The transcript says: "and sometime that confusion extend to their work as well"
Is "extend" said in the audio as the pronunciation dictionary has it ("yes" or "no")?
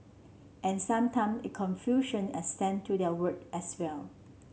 no